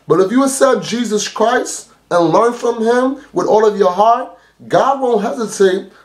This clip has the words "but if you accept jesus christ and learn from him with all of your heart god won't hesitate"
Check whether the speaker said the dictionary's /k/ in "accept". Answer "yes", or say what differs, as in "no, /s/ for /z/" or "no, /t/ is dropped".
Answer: no, /k/ is dropped